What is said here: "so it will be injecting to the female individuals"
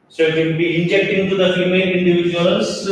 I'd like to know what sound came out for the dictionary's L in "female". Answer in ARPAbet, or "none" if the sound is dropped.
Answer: N